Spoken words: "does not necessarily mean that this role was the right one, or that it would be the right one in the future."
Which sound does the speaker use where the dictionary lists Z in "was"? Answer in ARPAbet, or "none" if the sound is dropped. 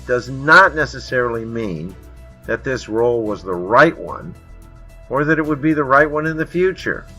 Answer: Z